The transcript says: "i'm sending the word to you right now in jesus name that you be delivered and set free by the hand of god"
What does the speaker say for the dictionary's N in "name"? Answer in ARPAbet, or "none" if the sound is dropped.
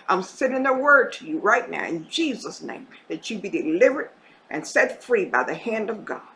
N